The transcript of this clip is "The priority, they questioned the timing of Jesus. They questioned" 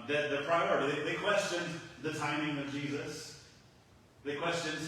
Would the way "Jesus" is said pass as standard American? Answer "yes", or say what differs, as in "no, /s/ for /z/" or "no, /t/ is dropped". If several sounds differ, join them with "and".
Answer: yes